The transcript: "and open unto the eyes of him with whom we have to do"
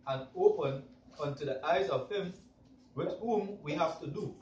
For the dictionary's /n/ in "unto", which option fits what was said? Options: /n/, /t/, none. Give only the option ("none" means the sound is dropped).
/n/